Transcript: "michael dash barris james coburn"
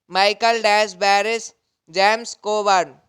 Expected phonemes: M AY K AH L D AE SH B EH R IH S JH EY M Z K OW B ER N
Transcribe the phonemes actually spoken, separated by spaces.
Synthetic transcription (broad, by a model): M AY K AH L D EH S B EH R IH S JH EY M S K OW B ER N